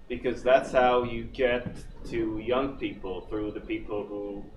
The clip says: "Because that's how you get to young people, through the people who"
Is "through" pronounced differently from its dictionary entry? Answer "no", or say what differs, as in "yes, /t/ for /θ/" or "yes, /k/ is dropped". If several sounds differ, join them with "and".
no